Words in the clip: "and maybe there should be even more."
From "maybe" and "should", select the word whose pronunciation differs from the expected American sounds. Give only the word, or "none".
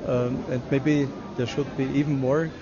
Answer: none